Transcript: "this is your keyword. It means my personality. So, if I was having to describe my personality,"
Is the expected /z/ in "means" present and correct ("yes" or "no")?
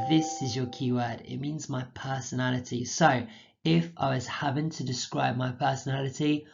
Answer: yes